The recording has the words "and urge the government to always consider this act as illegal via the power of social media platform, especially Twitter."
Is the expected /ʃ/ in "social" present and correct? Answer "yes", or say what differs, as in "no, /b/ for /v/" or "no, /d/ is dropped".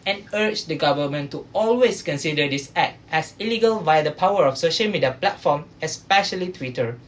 yes